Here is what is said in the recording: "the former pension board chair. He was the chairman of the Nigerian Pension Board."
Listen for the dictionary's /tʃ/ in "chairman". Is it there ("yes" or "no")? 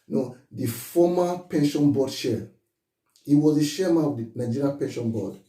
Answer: no